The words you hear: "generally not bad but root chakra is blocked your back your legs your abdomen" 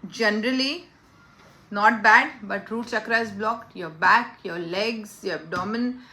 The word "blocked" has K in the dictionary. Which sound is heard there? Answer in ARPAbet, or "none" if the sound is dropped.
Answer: K